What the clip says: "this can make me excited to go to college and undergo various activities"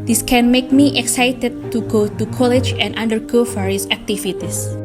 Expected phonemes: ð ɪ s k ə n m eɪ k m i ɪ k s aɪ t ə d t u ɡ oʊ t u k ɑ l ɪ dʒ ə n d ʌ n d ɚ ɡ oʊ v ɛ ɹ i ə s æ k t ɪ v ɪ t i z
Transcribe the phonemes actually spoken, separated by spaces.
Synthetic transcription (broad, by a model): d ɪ s k ə n m eɪ k m i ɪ k s aɪ t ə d t u ɡ oʊ t u k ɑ l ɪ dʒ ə n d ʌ n d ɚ ɡ oʊ f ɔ ɹ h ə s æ k t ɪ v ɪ t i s